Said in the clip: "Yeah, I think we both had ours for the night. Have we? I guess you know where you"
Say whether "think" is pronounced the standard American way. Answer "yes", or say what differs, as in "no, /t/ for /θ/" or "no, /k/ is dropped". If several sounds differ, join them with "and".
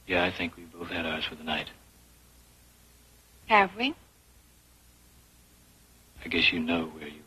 yes